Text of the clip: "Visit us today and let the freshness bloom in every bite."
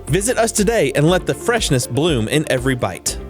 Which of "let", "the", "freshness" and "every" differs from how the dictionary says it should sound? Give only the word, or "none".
none